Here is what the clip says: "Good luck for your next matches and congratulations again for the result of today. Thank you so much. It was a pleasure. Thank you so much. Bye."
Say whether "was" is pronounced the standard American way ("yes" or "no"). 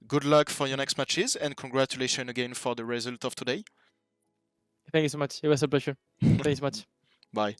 no